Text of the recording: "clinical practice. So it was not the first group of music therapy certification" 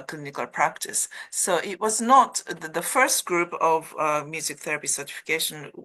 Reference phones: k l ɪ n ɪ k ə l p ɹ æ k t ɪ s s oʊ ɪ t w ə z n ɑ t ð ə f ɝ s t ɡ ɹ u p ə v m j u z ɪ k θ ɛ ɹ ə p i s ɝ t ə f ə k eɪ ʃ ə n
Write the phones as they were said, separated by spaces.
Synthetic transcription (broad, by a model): k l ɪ n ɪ k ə l p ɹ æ k t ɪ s s oʊ ɪ t w ə z n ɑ t ð ə f ɝ s t ɡ ɹ u p ə v m j u z ɪ k θ ɛ ɹ ə p i s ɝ t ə f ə k eɪ ʃ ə n